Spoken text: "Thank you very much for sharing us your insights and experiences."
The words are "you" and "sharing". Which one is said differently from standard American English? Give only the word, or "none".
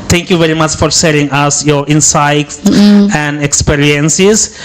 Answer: sharing